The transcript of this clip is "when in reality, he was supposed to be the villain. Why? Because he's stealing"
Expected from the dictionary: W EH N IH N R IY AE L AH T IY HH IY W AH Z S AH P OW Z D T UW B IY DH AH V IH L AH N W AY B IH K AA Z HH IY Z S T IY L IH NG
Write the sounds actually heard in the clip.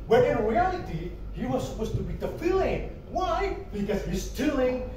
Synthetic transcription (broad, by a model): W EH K IH N R IY AE L AH T IY HH IY W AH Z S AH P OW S T UW B IY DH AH F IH L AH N W AY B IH K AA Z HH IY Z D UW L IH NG